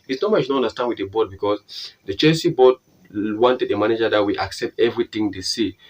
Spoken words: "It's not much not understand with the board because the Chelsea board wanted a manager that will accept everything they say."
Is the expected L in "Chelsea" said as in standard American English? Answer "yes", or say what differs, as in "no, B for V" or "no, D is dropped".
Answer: no, L is dropped